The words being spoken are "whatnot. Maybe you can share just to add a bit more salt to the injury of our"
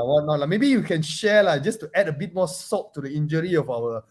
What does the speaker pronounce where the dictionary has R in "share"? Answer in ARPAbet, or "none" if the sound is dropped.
L